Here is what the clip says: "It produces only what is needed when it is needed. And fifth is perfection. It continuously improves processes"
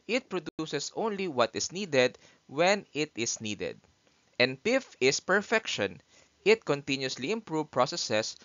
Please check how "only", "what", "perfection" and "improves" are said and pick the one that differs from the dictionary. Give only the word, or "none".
improves